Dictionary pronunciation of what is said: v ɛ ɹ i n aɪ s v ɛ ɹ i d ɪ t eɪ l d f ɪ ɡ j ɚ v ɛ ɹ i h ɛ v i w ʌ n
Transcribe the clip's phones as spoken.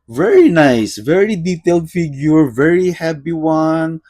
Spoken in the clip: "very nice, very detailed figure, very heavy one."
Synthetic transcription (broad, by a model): v ɛ ɹ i n aɪ s v ɛ ɹ i d ɪ t eɪ l d f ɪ ɡ j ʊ v ɛ ɹ i h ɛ p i w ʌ n